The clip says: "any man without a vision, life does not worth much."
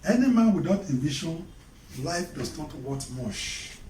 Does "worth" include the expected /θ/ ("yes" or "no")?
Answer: no